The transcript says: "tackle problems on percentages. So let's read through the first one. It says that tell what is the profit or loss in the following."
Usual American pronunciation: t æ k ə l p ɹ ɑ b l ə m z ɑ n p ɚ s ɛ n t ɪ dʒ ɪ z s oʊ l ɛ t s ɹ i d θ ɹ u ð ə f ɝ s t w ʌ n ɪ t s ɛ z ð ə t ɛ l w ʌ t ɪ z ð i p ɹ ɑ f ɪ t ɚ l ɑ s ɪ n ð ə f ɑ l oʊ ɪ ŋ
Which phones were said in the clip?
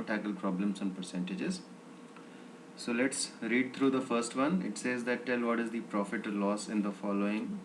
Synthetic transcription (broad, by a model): t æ k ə l p ɹ ɑ b l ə m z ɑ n p ɚ s ɛ n t ɪ dʒ ɪ z s oʊ l ɛ t s ɹ i d t ɹ u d ə f ɝ s t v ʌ n ɪ t s ɛ z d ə t ɛ l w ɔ t ɪ z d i p ɹ ɑ f ɪ t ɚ l ɑ s ɪ n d ə f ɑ l oʊ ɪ ŋ